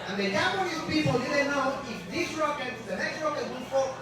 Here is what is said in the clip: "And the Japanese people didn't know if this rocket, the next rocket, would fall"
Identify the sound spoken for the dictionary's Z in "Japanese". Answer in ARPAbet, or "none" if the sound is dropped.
none